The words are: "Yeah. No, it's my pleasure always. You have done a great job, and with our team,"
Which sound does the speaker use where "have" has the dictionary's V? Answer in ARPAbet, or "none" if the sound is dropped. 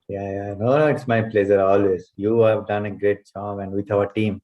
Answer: V